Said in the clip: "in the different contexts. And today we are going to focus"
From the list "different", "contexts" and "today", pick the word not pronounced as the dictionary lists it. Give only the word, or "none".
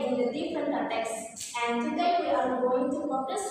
contexts